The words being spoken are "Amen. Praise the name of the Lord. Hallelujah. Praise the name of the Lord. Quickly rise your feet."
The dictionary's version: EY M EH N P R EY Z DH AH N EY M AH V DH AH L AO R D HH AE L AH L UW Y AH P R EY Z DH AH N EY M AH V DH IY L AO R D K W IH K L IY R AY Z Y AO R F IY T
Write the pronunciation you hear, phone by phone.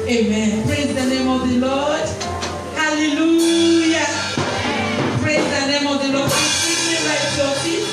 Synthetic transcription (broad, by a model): EY M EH N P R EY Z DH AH N EY M AH V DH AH L AO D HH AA L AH L UW Y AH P R EY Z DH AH N EY M AH V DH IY L AO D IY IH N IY L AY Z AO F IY